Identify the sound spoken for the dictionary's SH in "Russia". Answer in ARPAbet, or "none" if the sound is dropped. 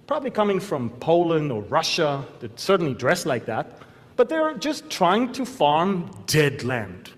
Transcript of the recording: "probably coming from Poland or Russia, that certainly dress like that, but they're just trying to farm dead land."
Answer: SH